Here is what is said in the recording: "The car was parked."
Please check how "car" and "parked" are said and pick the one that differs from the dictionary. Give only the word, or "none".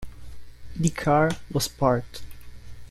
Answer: parked